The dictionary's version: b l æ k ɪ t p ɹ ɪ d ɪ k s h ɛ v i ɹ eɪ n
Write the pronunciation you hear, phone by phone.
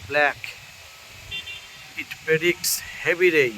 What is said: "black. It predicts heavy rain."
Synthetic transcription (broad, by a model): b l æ k ɪ t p ɪ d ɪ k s h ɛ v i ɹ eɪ